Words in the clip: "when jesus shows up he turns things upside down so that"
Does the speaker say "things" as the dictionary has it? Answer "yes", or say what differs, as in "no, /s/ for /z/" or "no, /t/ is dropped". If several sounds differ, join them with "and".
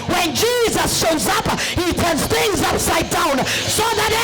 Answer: yes